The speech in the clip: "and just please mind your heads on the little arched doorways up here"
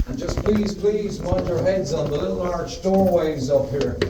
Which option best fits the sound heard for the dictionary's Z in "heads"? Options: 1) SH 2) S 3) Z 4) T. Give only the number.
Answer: 3